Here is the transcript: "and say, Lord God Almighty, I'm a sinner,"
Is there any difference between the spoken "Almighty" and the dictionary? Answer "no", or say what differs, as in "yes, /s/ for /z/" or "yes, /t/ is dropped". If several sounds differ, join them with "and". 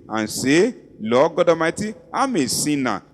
yes, /l/ is dropped